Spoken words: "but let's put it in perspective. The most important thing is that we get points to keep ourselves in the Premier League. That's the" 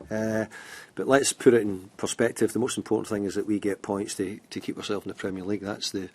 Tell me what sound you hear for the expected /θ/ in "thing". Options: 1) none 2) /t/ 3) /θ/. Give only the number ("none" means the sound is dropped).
3